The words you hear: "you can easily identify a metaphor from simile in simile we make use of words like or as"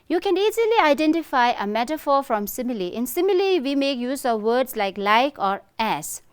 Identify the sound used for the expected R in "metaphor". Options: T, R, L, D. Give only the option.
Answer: R